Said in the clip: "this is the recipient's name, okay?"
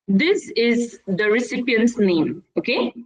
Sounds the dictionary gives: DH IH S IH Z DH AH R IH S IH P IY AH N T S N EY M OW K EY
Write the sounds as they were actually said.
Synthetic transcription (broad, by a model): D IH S IH Z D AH R IH S IH P IY AH N T S N EY M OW K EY